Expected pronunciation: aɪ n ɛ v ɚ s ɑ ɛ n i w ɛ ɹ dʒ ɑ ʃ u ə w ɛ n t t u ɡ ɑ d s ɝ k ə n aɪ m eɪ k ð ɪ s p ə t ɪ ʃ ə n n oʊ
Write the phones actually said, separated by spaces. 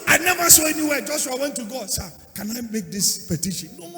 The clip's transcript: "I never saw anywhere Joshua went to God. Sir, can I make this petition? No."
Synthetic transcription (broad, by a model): aɪ n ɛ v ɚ s ɑ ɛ n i w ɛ dʒ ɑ s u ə w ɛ n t t u ɡ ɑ s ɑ k ə n aɪ m eɪ k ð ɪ s p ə t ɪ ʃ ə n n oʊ